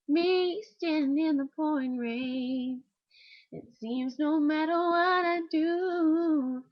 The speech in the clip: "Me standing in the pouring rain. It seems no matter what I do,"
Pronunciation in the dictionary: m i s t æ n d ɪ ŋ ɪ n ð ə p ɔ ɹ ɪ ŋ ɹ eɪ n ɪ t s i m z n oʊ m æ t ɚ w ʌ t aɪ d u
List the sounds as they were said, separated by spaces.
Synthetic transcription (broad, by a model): m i s t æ n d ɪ ɪ n ð ə p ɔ ɪ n ɹ eɪ ɪ t s i m z n oʊ m æ t ɚ w ʌ t aɪ d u